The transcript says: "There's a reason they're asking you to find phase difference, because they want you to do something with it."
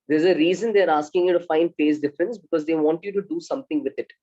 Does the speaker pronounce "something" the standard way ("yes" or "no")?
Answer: no